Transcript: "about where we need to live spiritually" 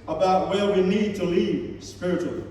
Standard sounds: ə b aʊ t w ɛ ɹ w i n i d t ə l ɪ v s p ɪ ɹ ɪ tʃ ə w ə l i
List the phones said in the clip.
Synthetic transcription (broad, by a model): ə b aʊ t w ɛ l w i n i d t ə l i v s p ɪ ɹ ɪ tʃ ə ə l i